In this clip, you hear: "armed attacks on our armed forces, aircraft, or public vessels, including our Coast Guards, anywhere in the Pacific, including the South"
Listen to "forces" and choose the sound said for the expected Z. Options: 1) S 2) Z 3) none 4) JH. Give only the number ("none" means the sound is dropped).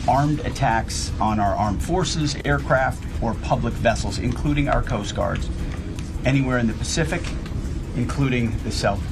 2